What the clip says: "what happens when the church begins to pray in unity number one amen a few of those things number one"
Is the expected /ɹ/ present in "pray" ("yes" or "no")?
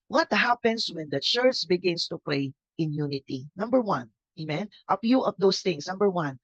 no